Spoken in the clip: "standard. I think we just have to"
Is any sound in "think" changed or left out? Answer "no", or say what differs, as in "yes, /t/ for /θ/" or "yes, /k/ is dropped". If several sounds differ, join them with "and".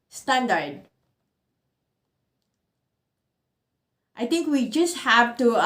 yes, /t/ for /θ/